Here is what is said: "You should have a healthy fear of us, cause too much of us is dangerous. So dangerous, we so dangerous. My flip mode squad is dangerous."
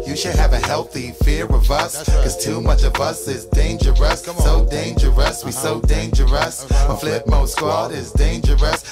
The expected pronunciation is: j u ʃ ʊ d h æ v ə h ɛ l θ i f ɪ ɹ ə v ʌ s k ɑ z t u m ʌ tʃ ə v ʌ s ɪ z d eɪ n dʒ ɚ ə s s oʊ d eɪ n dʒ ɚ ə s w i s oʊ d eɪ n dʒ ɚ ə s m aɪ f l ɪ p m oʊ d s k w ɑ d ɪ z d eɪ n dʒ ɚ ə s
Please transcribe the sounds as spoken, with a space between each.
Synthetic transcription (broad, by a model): j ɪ ʃ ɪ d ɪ v ə h ɛ l θ i f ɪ ɹ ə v ʌ s k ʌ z t u m ʌ tʃ ə v ʌ s ɪ z d eɪ n dʒ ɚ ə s s oʊ d eɪ n dʒ ɚ ə s w i s oʊ d eɪ n dʒ ɚ ə s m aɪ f l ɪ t m oʊ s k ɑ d ɪ z d eɪ n dʒ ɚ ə s